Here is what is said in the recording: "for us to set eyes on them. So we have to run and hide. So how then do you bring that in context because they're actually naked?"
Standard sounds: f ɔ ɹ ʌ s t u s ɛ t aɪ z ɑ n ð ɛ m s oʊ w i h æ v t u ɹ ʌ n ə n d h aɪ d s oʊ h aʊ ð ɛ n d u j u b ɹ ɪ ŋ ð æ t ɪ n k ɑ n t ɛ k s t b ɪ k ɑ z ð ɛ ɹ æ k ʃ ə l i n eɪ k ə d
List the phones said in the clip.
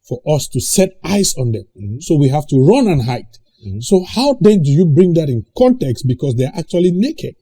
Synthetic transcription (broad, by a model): f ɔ ɹ ʌ s t u s ɛ t aɪ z ɑ n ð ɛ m s oʊ w i h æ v t u ɹ ʌ n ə n h aɪ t s oʊ h aʊ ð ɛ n d u j u b ɹ ɪ ŋ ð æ t ɪ n k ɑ n t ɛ k s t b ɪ k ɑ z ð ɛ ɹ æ k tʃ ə l i n eɪ k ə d